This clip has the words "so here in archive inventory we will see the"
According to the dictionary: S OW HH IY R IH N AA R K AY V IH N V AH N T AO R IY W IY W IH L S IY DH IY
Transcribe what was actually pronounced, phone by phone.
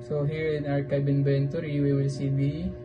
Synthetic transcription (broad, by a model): S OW HH IY R IH N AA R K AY B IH N B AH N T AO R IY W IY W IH L S IY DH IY